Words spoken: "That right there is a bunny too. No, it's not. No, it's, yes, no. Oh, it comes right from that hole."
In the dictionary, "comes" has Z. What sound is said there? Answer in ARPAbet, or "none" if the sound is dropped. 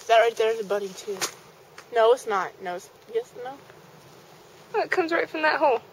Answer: Z